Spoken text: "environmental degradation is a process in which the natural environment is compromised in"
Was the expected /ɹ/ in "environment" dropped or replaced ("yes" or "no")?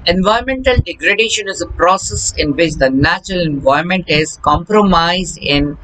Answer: yes